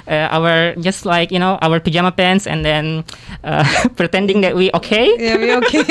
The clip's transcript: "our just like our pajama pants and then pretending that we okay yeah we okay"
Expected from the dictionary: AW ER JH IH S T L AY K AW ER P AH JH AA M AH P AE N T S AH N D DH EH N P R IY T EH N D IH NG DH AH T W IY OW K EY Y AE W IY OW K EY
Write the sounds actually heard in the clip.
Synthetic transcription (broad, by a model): AW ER JH IH S T L AY K AW ER P AH JH AA M AH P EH N S AH N D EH N P R IY T EH N D IH NG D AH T W IY OW K EY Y W IY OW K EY